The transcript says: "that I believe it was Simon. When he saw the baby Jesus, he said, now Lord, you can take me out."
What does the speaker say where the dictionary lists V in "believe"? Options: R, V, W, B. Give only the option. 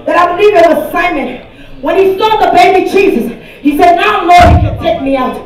V